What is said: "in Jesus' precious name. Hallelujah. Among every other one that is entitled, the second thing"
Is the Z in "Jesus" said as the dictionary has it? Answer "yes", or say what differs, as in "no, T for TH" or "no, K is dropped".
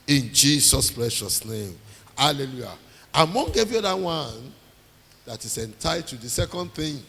no, S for Z